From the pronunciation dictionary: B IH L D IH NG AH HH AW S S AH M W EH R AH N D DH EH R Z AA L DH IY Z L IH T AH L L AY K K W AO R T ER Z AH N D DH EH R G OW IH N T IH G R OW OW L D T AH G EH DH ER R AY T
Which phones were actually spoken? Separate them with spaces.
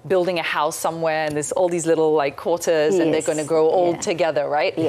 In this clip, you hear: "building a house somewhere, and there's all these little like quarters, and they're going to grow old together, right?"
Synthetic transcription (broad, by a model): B IH L D IH NG AH HH AW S S AH M W EH R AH N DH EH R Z AA L DH IY Z L IH T L L AY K K W AO R T ER Z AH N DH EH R G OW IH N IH G R OW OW L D T AH G EH DH ER R AY T